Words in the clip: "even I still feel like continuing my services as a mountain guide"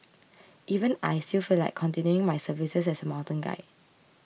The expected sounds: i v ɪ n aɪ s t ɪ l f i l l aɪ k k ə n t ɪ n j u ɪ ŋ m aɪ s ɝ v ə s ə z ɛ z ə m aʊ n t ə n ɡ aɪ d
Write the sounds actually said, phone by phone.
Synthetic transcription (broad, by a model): i v ɪ n aɪ s t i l f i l l aɪ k k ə n t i n j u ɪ ŋ m aɪ s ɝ v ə s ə s ɛ s ə m aʊ n t ə n ɡ aɪ